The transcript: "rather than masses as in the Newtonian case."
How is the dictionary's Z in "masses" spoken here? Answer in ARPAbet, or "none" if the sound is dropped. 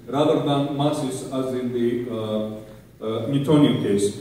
S